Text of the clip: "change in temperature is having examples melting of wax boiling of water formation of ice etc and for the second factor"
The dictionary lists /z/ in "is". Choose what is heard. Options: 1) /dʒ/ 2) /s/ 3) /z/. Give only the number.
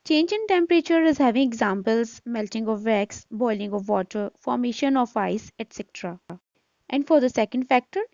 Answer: 3